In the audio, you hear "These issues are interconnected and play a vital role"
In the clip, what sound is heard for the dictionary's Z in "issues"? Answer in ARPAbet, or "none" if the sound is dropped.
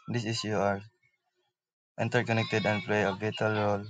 none